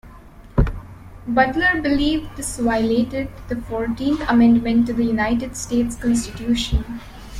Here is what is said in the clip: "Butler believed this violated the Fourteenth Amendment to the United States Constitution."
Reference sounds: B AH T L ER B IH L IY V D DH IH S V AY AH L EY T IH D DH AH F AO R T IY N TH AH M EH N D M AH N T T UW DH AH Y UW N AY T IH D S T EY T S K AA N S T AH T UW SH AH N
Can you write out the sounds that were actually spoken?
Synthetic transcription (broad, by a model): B AH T L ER B IH L IY V D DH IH S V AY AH L EY T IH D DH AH F AO R T IY N T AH M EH N D M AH N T T UW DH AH Y UW N AY T IH D S T EY T S K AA N S T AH T UW SH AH N